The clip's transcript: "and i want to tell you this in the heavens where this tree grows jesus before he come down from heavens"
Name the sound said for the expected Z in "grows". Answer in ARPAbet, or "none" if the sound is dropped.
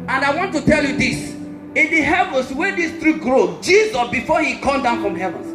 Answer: none